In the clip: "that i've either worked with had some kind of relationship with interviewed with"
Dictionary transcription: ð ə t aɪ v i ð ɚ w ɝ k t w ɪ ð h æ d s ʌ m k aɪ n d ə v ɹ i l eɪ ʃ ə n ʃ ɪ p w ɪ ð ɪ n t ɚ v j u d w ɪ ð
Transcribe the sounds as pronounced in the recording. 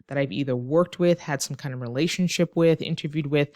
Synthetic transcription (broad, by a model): ð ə t aɪ v i ð ɚ w ɝ k t w ɪ ð h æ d s ʌ m k aɪ n d ə v ɹ i l eɪ ʃ ə n ʃ ɪ p w ɪ ð ɪ n t ɚ v j u d w ɪ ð